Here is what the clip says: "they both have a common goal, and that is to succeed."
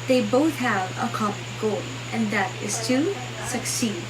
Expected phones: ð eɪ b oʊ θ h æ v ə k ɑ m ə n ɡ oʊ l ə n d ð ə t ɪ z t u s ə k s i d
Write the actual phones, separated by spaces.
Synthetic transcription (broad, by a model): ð eɪ b oʊ θ h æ v ə k ɑ m ə n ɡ oʊ l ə n ð ə t ɪ z t u s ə k s i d